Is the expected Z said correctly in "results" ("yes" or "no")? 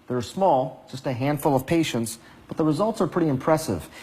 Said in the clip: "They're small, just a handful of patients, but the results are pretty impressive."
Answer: yes